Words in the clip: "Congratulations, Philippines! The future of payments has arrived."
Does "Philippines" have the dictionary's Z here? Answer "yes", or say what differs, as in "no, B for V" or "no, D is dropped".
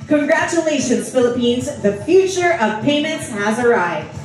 yes